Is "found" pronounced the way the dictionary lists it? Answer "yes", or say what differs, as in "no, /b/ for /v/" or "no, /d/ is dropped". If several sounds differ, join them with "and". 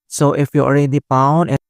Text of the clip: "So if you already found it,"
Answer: no, /p/ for /f/